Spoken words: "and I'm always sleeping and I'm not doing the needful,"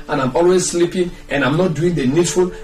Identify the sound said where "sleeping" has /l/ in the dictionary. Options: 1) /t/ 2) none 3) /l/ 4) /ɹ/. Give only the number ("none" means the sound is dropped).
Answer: 3